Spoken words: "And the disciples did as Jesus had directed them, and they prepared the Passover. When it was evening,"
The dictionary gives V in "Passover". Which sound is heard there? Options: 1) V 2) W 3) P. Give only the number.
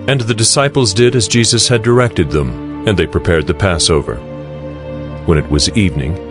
1